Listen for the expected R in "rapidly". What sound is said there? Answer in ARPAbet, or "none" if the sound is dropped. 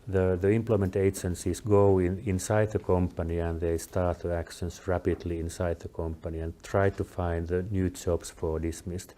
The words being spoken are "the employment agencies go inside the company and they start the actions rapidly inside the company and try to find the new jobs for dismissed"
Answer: R